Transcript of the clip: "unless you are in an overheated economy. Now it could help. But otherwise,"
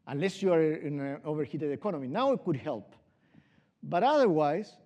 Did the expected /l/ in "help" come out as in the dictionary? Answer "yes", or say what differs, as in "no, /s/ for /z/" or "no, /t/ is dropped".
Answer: yes